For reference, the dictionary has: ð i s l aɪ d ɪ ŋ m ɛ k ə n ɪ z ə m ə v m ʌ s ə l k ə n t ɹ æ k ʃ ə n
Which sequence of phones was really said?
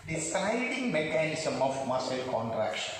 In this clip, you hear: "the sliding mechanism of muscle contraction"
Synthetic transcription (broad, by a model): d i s aɪ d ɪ ŋ m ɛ k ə n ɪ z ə m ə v m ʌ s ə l k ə n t ɹ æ k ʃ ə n